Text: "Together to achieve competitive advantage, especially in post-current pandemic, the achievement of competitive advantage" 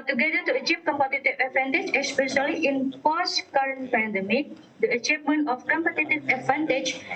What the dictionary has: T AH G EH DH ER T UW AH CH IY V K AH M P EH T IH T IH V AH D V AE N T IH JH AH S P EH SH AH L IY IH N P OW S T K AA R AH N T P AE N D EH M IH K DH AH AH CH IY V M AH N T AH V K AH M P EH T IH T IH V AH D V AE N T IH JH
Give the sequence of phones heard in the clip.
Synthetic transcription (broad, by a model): T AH G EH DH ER T UW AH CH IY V K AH M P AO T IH T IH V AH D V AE N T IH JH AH S P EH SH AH L IY IH N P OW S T K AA R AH N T P AE N D EH M IH K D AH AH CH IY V M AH N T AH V K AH M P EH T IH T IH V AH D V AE N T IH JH